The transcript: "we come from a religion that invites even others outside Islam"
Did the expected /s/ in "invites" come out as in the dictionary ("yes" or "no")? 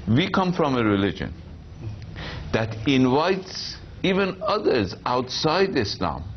yes